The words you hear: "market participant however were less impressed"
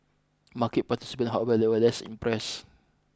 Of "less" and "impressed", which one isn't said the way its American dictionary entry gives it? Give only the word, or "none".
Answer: impressed